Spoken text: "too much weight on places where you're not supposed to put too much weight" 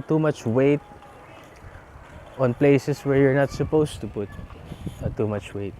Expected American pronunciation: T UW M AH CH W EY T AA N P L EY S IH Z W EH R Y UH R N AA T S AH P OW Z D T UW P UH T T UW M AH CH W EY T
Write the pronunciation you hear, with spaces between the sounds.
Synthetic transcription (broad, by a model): T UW M AH CH W EY T AA N P L EY S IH S W EH R Y UH R N AA T S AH P OW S T UW P UH T T UW M AH CH W EY T